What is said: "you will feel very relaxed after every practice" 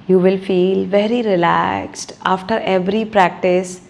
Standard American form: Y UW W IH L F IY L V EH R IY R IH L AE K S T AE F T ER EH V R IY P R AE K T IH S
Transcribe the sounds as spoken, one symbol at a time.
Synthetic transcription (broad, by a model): Y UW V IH L F IY L V EH R IY R IH L AE K S T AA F T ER EH V R IY P R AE K T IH S